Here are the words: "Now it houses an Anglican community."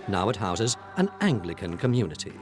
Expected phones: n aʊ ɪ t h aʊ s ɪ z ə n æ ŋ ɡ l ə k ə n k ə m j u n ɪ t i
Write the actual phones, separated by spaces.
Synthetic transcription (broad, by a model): n aʊ ɪ t h aʊ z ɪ z ə n æ ŋ ɡ l ə k ə n k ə m j u n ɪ t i